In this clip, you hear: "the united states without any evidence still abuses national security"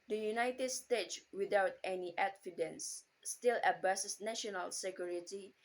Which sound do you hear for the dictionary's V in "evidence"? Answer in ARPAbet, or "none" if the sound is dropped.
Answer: F